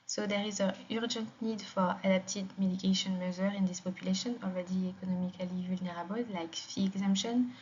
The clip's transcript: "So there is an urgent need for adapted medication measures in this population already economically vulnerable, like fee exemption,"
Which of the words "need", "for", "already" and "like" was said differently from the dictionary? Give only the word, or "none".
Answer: none